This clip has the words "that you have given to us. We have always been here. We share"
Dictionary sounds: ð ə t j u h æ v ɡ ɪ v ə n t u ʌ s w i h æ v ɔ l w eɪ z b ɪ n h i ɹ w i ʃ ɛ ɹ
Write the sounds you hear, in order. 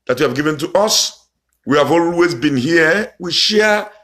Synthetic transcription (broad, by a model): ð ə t j u h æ v ɡ ɪ v ə n t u ʌ s w i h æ v ɔ l w eɪ z b ɪ n h i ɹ w i ʃ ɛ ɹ